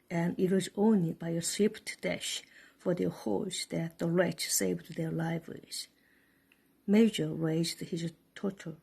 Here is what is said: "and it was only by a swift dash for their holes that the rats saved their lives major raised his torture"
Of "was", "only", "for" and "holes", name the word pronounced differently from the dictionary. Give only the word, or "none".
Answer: holes